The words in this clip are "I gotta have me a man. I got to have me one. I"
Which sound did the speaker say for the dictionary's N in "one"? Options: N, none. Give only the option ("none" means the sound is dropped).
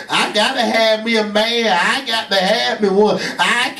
none